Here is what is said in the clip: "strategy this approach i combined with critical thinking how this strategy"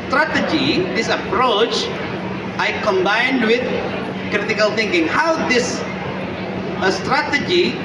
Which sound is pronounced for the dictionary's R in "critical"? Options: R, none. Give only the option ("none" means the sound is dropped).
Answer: R